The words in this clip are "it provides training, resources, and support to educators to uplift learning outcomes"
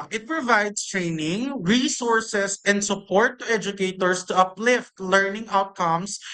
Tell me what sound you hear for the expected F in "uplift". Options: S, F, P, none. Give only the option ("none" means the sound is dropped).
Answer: F